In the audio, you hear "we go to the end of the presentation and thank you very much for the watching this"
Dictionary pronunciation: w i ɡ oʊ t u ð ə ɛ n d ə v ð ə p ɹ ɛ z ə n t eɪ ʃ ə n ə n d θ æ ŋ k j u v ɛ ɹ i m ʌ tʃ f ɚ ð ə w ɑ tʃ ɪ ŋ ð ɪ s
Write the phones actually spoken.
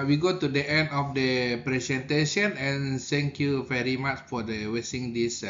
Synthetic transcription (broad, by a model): w i ɡ oʊ t u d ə ɛ n d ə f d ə p ɹ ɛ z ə n t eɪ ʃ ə n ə n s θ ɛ ŋ k j u v ɛ ɹ i m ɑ tʃ f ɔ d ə w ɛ s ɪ ŋ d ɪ s